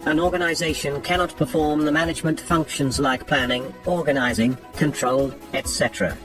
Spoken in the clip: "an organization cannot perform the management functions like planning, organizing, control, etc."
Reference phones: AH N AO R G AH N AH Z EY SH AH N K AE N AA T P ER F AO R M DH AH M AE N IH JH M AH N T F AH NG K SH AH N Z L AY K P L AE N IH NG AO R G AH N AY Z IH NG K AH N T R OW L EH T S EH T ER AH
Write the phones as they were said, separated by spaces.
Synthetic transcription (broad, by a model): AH N AO R G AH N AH Z EY SH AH N K AE N AA T P ER F AO R M DH AH M AE N IH JH M AH N T F AH NG K SH AH N Z L AY K P L AE N IH NG AO R G AH N AY Z IH NG K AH N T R OW L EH T S EH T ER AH